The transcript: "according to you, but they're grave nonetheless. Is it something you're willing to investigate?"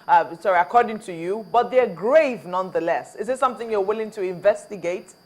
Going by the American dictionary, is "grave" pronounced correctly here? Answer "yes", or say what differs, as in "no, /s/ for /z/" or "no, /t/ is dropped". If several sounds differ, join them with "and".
yes